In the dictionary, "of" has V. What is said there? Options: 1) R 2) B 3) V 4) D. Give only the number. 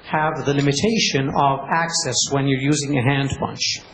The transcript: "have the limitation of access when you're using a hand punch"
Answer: 3